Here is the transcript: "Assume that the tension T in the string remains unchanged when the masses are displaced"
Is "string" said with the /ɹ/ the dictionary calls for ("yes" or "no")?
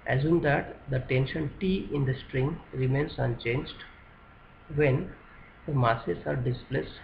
yes